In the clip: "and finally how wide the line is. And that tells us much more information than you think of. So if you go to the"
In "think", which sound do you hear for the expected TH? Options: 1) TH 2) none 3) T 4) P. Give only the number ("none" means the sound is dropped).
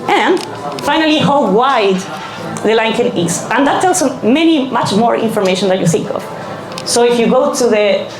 1